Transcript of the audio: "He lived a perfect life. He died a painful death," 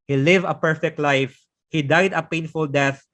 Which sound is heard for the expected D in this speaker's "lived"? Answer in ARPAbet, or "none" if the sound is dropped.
none